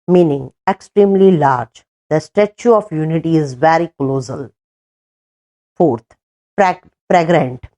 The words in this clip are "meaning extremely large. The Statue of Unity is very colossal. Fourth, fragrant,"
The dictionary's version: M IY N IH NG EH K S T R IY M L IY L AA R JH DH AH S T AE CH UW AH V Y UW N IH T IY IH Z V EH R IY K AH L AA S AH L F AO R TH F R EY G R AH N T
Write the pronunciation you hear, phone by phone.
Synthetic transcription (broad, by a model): M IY N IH NG EH K S T R IY M L IY L AA R JH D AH S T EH CH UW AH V Y UW N IH T IY IH Z V EH R IY K L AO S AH L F AO R T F R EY G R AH N T